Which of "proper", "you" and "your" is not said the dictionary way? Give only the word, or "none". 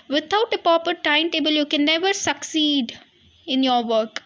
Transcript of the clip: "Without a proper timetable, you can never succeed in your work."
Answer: proper